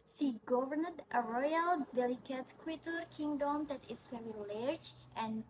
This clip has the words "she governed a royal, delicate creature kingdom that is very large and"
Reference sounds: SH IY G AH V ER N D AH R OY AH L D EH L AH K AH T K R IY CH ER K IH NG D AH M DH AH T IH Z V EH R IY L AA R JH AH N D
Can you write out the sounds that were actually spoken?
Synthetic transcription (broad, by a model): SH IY G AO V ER N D AH R OY AH L D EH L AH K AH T K W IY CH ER K IH NG D AH M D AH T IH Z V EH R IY L AA R JH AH N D